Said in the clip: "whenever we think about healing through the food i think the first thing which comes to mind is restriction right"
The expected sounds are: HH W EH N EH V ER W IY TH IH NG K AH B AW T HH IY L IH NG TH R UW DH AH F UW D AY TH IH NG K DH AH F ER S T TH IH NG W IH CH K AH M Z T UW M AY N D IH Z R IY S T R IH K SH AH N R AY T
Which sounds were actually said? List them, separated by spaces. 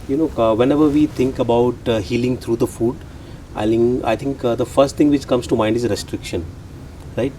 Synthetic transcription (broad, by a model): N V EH N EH V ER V IY T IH NG K AH B AW T HH IY L IH NG T R UW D AH F UW D AY T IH NG K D AH F ER S T T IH NG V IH CH K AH M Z T UW M AY N D IH Z R IY S T R IH K SH AH N R AY T